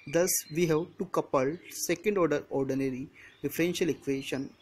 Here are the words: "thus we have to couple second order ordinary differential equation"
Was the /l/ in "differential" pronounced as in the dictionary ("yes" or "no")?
yes